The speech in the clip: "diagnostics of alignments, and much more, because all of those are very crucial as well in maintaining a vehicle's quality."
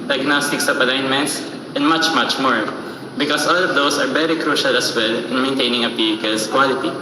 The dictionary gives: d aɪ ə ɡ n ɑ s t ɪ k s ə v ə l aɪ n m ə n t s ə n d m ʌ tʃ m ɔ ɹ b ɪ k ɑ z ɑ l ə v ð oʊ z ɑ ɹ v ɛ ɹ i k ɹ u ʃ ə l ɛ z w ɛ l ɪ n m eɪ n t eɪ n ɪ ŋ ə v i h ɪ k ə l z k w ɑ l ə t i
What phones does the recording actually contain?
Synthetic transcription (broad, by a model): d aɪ ɡ n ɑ s t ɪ k s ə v ə l aɪ n m ə n t s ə n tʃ m ʌ tʃ m ɔ ɹ b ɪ k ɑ s ɑ l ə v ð oʊ s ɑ ɹ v ɛ ɹ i k ɹ u ʃ ə l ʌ s w ɛ l ɪ n m eɪ n t eɪ n ɪ ŋ ə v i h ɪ k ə l s k w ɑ l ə t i